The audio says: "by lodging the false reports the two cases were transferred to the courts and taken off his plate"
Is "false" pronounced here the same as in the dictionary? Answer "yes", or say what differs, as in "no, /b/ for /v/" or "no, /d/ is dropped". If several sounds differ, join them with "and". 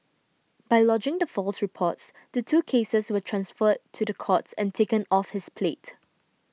yes